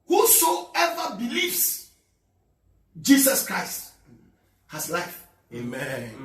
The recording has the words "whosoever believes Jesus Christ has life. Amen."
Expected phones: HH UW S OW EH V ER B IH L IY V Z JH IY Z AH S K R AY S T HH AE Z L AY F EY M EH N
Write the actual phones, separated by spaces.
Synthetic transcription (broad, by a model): HH UW S OW EH V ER B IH L IY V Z JH IY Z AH S K R AY S T HH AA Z L AY F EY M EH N